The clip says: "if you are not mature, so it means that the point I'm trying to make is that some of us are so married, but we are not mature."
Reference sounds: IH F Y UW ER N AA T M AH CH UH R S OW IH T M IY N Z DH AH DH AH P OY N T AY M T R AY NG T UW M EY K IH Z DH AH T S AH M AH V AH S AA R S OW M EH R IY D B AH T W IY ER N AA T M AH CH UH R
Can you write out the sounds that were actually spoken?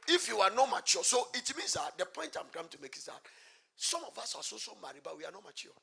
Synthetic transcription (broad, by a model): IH F Y UW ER N AA T M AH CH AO S OW IH T M IY N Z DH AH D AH P OY N T AY M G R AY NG T UW M EY K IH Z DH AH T S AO M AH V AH S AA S S OW M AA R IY B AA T W IY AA N AA T M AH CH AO